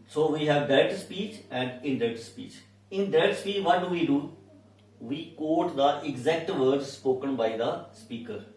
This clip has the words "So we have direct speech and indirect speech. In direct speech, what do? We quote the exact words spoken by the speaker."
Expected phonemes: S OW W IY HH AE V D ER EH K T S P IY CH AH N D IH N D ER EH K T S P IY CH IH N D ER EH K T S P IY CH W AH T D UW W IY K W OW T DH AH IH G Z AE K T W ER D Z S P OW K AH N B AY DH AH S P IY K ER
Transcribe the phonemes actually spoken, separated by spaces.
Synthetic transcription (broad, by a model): S OW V IY HH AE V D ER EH T S P IY CH AH N D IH N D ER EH T S P IY CH IH N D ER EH T S P IY CH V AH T D UW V IY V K OW T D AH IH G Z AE K T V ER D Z S P OW K AH N B AY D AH S P IY K ER